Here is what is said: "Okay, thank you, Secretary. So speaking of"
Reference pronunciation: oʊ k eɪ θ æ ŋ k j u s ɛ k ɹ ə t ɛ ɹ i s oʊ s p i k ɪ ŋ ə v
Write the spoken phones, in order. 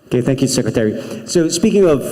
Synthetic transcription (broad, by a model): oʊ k eɪ θ æ ŋ k j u s ɛ k ɹ ə t ɛ ɹ i s oʊ s p i k ɪ ŋ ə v